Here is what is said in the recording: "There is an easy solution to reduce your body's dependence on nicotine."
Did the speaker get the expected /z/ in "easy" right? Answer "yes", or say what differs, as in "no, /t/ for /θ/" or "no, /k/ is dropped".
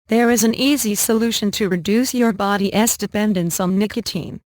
yes